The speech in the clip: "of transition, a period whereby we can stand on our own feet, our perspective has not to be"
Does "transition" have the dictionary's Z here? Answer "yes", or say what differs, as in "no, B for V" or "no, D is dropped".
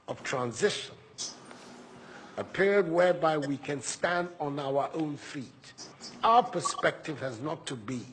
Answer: yes